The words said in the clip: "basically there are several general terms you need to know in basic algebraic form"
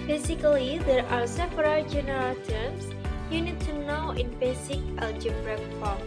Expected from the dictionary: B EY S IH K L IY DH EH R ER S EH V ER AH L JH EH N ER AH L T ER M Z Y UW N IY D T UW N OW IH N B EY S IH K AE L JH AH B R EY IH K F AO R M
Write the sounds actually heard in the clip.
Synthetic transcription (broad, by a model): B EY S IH K L IY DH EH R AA S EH P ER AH JH EH N ER AH L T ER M S Y UW N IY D T UW N OW IH N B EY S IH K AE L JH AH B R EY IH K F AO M